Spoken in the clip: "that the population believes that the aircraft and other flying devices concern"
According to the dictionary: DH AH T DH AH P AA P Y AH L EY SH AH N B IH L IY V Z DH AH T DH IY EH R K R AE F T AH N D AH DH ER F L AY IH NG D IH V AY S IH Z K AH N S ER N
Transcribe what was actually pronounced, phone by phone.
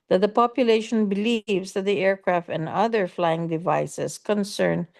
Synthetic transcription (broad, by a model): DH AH T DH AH P AA P Y AH L EY SH AH N B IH L IY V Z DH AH T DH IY EH R K R AE F T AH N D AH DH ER F L AY IH NG D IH V AY S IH S K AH N S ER N